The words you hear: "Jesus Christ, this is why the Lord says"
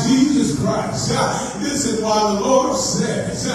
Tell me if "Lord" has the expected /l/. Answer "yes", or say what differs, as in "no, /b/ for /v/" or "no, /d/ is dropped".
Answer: yes